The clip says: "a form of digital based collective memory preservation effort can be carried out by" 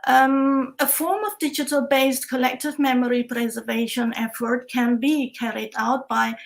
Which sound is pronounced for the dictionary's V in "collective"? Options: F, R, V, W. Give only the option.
V